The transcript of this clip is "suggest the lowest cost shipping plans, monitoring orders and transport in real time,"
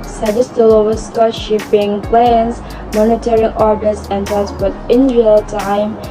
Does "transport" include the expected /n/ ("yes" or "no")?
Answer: no